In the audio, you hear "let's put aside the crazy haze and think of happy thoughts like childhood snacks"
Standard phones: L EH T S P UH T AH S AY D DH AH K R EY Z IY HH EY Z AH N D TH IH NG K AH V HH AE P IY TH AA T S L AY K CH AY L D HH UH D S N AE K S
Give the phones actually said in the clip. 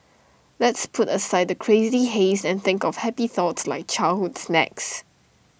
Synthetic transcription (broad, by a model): L EH T S P UH T AH S AY D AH K R EY Z IY HH EY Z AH N TH IH NG K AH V HH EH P IY TH AA T S L AY K CH AY L HH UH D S N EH K S